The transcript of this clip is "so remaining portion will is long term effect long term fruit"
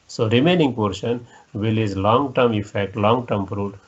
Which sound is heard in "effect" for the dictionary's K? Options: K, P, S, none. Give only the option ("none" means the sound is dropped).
K